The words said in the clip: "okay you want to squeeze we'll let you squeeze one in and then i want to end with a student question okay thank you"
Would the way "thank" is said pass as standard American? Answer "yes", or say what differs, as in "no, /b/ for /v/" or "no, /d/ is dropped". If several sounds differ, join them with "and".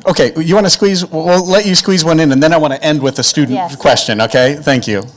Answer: yes